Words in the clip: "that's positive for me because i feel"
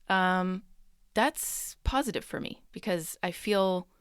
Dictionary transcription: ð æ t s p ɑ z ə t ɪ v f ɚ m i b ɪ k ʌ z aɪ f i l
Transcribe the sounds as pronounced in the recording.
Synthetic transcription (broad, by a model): ð æ t s p ɑ z ə t ɪ v f ɚ m i b ɪ k ʌ z aɪ f i l